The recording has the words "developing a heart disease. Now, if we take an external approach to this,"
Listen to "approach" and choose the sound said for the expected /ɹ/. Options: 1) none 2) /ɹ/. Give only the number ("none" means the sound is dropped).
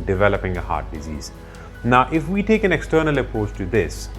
1